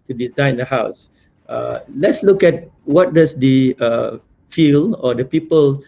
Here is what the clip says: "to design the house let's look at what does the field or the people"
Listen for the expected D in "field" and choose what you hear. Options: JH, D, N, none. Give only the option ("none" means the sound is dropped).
none